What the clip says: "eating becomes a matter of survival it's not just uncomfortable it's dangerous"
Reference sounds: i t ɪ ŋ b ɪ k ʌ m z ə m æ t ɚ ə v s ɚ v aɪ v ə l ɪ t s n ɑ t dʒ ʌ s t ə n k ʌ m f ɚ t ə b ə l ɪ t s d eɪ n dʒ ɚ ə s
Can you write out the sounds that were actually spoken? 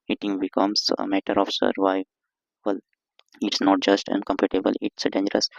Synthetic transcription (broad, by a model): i t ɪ ŋ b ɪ k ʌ m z ə m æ t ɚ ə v s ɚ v aɪ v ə l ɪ t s n ɑ t dʒ ʌ s t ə n k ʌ m p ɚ t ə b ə l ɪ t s d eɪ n dʒ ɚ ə s